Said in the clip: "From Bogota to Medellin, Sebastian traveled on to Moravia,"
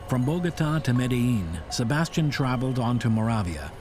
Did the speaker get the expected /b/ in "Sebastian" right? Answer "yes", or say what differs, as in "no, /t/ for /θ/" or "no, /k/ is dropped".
yes